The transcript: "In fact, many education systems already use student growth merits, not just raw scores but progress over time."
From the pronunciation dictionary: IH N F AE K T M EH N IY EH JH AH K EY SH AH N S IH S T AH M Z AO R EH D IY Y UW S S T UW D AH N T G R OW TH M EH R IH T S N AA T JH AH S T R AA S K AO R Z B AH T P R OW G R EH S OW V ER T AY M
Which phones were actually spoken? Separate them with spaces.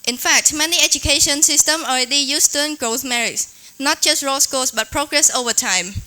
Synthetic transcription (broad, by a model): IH N F AE K T M EH N IY EH JH AH K EY SH AH N S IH S T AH M AO R EH D IY Y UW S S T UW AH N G R OW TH M EH R IH T S N AA T JH AH S T R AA S K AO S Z B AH T P R OW G R EH S OW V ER T AY M